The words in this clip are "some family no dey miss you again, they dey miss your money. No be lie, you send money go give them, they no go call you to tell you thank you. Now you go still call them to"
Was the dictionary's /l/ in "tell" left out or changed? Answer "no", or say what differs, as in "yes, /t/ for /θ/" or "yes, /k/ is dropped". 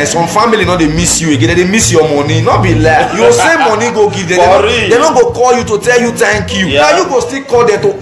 no